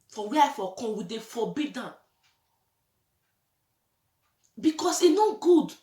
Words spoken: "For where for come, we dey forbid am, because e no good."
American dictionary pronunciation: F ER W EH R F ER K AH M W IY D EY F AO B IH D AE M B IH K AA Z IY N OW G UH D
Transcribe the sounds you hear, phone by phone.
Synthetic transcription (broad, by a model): F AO W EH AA F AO K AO W IY D EY F AO B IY D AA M B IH K AA S IY N OW G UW D